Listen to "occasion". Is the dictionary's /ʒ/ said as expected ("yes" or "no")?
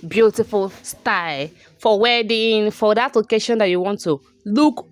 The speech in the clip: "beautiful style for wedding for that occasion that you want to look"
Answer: no